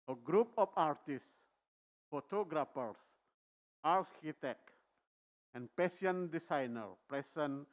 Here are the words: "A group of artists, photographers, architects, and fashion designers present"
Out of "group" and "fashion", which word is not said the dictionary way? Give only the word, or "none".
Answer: fashion